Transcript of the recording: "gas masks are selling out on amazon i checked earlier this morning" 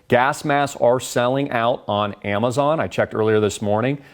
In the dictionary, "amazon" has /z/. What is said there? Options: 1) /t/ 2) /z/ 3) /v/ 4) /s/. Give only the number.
2